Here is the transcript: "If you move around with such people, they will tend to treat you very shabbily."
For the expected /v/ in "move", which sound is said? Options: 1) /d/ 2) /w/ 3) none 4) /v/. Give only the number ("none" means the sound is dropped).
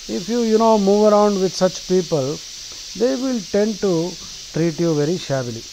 4